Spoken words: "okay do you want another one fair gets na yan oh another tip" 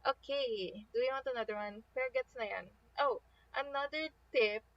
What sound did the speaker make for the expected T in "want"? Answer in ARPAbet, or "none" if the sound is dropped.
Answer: T